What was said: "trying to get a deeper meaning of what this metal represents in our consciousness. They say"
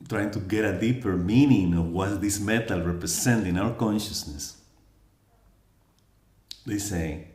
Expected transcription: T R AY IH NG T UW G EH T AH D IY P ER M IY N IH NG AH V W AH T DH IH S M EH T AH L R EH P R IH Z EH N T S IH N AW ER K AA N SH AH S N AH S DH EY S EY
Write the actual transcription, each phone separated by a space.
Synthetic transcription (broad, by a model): T R AY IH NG T UW G EH T AH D IY P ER M IY N IH NG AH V W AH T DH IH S M EH T AH L R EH P R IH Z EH N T IH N AW ER K AA N SH AH S N AH S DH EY S EY